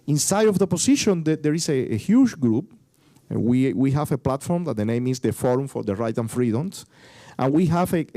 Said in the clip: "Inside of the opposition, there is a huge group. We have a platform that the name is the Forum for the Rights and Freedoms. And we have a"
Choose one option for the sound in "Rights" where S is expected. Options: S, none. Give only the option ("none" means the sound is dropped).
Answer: none